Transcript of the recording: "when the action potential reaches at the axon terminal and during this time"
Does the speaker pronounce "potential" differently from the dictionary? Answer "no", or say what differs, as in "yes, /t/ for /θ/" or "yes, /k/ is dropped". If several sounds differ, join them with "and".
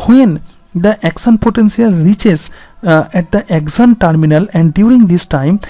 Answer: yes, /s/ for /ʃ/